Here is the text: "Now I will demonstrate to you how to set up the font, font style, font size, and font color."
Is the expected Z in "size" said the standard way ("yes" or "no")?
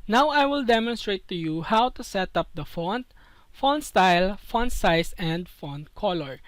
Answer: no